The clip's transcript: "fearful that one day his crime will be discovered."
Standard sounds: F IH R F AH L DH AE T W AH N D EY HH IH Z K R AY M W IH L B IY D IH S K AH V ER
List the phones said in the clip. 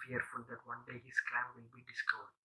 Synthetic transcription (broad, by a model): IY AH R F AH L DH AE T W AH N D EY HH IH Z K AY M W IH L B IY D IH S K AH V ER